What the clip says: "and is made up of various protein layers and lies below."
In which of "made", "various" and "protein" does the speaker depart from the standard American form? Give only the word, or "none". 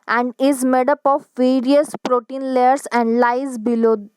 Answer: none